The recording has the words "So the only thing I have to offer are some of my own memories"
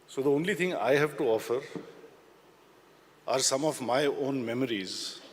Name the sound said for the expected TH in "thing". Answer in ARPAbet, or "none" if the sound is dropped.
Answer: T